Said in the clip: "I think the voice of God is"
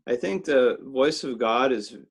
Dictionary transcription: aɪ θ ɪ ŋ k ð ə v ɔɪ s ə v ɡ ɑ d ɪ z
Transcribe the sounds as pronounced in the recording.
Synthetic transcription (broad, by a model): aɪ θ ɪ ŋ k ð ə v ɔɪ s ə v ɡ ɑ d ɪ z